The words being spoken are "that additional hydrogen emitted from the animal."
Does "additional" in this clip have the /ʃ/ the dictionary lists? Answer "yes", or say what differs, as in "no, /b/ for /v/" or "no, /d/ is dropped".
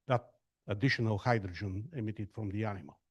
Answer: yes